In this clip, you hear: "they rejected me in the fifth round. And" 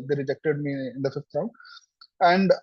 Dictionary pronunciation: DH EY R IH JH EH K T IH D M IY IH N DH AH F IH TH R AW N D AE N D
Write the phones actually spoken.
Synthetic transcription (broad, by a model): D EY R IH JH EH K T IH D M IY IH N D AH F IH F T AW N AE N D